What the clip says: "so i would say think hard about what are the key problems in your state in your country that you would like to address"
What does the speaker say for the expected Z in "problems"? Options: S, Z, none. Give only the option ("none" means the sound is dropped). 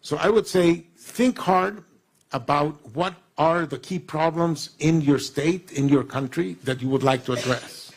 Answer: Z